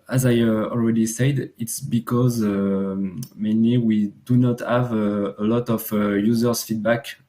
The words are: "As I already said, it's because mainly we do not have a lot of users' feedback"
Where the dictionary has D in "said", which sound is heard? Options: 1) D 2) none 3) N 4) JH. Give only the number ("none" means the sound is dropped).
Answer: 1